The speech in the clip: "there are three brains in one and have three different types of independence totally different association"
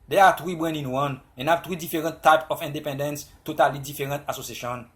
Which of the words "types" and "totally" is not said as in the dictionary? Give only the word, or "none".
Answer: types